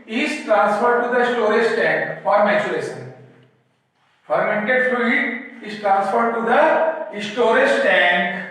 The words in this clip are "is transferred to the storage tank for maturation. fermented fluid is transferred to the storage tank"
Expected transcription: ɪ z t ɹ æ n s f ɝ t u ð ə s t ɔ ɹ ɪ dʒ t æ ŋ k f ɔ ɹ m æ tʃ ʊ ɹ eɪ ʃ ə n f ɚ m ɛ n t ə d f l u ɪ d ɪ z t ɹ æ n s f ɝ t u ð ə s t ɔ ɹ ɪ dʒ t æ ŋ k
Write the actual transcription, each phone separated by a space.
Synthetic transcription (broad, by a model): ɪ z t ɹ æ n s f ɝ t u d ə s t ɔ ɹ ɪ dʒ t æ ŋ k f ɔ ɹ m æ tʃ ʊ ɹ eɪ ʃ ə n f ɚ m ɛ n t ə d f u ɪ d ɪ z t ɹ æ n s f ɝ t u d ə s t ɔ ɹ ɪ dʒ t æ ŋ k